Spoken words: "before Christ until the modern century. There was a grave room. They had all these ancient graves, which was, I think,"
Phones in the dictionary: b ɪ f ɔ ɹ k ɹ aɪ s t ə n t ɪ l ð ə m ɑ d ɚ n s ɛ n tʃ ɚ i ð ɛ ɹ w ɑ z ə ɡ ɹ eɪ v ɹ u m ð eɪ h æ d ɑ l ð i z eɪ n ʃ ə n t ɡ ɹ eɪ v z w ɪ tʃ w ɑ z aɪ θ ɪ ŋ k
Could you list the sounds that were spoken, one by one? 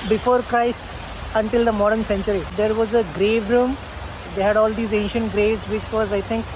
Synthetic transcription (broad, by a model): b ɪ f ɔ ɹ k ɹ aɪ s ə n t ɪ l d ə m ɑ d ɚ n s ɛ n tʃ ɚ i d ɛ ɹ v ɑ z ə ɡ ɹ eɪ v ɹ u m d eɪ h æ d ɑ l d i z eɪ n ʃ ə n t ɡ ɹ eɪ v z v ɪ tʃ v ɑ z aɪ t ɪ ŋ k